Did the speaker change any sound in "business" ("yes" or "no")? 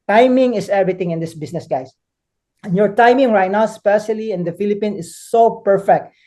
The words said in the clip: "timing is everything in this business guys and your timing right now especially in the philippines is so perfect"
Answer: yes